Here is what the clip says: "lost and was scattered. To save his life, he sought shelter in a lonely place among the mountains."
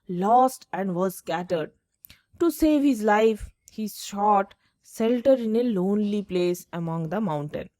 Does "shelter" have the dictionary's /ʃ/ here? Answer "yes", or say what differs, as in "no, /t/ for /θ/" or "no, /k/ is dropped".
no, /s/ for /ʃ/